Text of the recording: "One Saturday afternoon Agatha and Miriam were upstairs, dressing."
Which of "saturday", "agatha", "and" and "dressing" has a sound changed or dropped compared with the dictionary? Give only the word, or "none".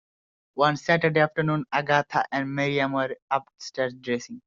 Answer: agatha